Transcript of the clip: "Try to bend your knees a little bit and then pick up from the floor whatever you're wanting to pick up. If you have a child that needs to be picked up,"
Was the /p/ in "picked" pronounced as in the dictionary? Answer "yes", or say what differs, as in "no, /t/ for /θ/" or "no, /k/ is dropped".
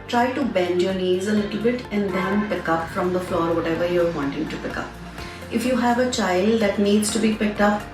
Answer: yes